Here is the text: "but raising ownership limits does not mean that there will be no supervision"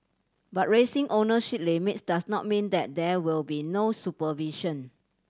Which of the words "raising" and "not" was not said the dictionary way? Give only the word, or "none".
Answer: raising